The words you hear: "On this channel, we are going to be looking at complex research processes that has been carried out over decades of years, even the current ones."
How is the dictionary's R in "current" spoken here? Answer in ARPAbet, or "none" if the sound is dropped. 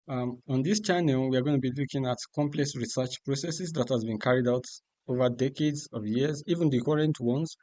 R